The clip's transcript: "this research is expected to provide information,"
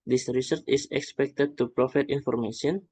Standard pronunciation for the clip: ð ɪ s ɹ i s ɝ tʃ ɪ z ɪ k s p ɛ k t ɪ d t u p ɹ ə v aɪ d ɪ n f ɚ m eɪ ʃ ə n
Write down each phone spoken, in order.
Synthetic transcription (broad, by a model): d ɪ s ɹ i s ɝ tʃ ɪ s ɪ k s p ɛ k t ɪ d t u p ɹ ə f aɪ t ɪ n f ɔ m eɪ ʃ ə n